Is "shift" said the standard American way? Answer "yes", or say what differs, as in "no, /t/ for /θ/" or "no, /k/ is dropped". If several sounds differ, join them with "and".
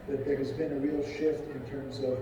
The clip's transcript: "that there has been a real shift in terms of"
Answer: yes